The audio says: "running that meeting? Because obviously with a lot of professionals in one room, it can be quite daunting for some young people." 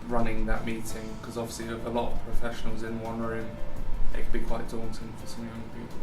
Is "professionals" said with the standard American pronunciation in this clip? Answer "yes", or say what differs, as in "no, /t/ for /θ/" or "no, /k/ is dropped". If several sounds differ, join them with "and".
yes